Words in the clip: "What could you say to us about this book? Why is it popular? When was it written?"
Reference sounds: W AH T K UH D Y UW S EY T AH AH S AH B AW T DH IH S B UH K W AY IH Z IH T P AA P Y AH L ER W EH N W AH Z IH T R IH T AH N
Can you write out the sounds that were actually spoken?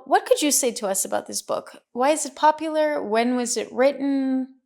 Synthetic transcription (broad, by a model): W AH T K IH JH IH S EY T AH AH S AH B AW T DH IH S B UH K W AY IH Z IH T P AA P Y L ER W EH N W AH Z IH T R IH T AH N